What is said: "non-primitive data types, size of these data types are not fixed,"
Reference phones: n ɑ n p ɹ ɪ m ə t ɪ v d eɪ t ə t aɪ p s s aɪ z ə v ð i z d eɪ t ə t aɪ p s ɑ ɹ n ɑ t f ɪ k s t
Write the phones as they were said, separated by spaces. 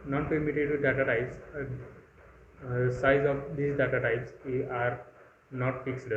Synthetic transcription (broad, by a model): n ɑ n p ɛ m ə t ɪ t d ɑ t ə t aɪ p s s aɪ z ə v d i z d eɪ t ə t aɪ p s ɑ ɹ n ɑ t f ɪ k s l